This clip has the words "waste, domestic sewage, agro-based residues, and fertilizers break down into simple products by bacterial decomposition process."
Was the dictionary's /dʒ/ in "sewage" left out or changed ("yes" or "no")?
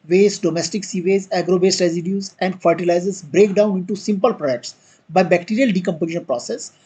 yes